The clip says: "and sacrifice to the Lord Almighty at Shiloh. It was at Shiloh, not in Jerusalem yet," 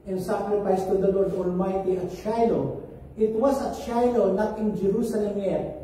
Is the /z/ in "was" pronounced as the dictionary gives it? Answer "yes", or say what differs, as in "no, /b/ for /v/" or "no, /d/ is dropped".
no, /s/ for /z/